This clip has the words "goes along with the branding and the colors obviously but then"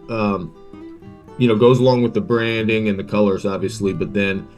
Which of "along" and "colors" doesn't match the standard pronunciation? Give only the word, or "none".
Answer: none